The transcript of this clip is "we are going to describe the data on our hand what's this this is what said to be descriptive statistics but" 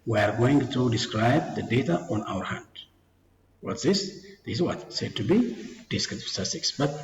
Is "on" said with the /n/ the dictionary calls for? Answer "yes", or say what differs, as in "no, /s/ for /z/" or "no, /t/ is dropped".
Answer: yes